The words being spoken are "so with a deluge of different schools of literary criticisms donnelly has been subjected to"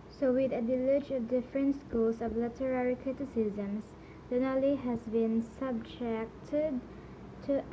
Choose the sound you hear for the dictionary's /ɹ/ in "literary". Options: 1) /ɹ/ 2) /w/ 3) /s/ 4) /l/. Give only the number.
1